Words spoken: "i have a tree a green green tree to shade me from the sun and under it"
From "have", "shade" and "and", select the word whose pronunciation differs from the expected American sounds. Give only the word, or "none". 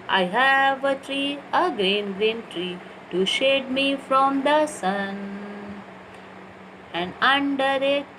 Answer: none